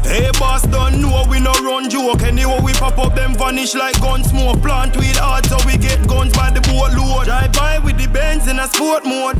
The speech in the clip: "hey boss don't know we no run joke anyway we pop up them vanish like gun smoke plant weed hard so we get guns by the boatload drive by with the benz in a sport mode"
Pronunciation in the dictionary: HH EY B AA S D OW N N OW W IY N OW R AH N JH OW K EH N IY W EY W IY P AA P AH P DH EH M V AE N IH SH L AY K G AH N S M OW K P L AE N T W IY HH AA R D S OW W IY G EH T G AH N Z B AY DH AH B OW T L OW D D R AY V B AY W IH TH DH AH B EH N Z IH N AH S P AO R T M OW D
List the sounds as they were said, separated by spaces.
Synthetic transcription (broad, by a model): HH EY B AA S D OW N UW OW W IY N OW R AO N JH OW K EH N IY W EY W IY P AA P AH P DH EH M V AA N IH SH L AY K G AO N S M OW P L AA N T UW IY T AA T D S OW W IY G EH T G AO N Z B AY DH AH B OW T L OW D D AY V B AY W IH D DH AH B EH N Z IH N AH S P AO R T M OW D